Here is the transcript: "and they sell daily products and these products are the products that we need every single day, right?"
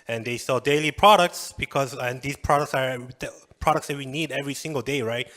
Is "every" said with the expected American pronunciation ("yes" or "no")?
yes